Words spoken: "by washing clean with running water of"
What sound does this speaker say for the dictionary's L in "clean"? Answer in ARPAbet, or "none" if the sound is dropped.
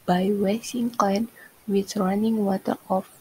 none